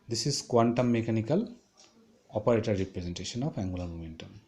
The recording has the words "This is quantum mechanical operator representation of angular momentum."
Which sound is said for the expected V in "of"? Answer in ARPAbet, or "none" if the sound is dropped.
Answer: P